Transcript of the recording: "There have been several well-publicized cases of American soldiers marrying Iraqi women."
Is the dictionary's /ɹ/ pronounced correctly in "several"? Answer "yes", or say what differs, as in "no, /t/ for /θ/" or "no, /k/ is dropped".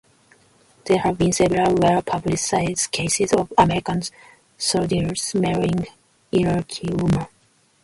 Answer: no, /ɹ/ is dropped